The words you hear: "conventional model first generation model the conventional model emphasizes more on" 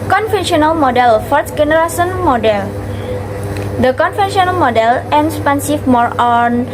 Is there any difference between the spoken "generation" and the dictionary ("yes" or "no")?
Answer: yes